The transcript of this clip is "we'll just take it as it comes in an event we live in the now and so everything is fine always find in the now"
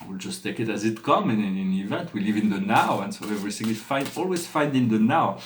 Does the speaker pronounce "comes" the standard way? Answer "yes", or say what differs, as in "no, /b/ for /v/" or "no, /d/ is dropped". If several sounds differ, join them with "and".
no, /z/ is dropped